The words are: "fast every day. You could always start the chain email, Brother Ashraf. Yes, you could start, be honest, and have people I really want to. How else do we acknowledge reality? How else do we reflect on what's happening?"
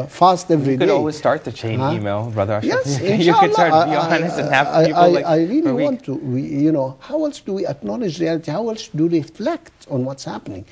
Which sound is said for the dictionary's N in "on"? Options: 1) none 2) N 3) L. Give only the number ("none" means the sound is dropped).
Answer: 2